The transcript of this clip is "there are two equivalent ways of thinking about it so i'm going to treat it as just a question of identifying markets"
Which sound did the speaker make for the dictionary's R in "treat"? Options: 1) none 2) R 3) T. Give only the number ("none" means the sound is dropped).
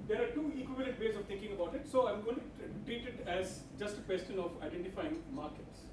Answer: 1